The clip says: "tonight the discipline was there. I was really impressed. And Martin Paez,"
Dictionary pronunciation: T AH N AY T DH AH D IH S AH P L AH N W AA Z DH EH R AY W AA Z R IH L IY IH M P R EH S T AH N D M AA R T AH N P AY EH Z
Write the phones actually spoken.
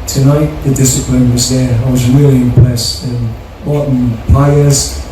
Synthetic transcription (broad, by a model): T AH N AY T DH AH D IH S AH P L AH N W AA Z DH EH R AY W AA Z R IH L IY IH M P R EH S AH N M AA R T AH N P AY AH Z